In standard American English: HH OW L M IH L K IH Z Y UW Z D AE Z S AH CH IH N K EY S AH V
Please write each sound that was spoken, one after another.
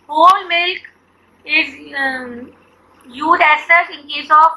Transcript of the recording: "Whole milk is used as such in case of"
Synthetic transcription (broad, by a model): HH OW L M IH L K IH Z Y UW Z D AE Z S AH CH IH N K EY S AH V